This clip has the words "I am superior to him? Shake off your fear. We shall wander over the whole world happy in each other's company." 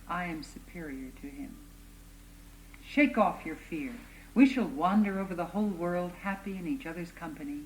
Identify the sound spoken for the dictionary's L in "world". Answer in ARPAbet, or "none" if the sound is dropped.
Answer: L